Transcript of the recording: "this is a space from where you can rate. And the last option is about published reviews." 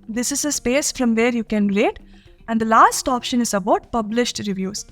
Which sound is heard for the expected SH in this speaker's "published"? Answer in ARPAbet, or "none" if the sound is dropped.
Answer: SH